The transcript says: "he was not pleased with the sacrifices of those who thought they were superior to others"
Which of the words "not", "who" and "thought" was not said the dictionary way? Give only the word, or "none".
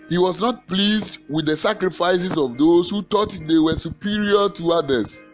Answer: thought